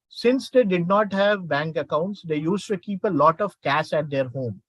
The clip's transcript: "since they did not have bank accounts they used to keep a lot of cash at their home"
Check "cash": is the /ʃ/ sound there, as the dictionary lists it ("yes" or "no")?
no